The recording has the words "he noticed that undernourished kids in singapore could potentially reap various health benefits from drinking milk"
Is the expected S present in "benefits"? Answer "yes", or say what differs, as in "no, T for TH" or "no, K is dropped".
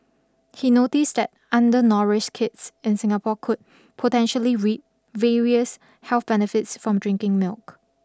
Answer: yes